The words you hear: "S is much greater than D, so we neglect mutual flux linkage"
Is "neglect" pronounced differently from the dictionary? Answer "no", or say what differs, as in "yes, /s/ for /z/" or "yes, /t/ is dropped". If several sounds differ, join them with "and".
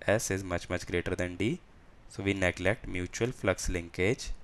no